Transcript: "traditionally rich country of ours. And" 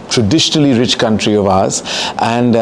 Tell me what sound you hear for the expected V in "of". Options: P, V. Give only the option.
V